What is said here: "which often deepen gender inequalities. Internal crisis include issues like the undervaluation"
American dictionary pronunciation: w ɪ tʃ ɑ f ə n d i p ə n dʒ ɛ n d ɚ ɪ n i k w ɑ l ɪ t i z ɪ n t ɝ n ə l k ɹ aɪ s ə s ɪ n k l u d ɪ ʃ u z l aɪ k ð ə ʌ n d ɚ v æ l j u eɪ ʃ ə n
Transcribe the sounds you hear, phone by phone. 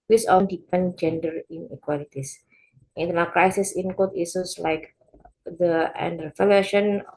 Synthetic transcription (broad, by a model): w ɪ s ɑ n d i p ə n dʒ ɛ n d ɚ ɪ n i k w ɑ l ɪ t i s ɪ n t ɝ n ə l k ɹ aɪ s ə s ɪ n k ɔ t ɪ s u s l aɪ k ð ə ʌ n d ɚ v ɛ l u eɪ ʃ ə n